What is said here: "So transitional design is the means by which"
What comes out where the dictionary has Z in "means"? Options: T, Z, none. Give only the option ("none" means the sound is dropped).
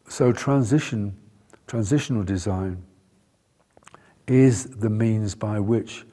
Z